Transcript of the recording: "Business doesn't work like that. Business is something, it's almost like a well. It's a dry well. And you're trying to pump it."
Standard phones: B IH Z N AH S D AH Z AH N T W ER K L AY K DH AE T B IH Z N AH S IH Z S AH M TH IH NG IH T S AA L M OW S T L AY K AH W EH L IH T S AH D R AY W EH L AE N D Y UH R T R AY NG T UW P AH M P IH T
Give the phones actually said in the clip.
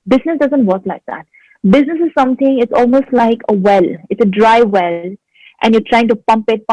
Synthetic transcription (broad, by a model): B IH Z N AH S D AH Z AH N T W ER K L AY K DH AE T B IH Z N AH S IH Z S AH M T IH NG IH T S AA L M OW S T L AY K AH W EH L IH T S AH D R AY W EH L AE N Y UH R T R AY NG T UW P AH M P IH T